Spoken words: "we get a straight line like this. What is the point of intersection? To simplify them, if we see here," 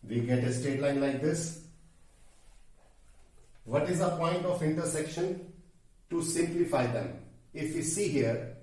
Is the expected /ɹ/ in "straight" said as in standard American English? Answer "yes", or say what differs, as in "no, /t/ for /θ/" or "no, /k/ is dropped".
no, /ɹ/ is dropped